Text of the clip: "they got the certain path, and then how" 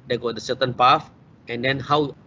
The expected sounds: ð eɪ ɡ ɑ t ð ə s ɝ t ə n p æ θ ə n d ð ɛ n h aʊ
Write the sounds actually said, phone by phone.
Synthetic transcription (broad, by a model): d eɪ ɡ ɑ t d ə s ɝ t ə n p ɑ f ə n d ɛ n h aʊ